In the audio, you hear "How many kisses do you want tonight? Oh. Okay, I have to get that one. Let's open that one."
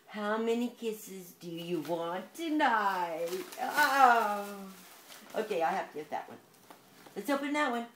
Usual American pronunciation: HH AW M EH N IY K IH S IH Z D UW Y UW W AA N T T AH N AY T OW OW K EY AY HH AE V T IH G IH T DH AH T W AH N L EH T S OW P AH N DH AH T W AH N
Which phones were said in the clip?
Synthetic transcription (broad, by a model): HH AW M EH N IY K IH S IH Z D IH Y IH W AA N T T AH N AY T OW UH K EY AY HH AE F T IH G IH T DH AH T W AH N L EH T S OW P AH N DH AH T W AH N